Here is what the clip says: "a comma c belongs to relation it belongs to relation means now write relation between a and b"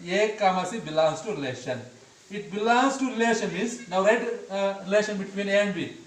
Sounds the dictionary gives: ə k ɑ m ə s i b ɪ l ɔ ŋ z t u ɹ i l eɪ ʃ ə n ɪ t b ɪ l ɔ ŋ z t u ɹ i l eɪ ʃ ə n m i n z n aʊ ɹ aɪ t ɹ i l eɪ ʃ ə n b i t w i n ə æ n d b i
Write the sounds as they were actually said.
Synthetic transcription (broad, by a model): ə k ɑ m ə s i b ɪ l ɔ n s t u ɹ i l eɪ ʃ ə n ɪ t b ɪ l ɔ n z t u ɹ i l eɪ ʃ ə n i z n aʊ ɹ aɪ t ɹ i l eɪ ʃ ə n b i t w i n ə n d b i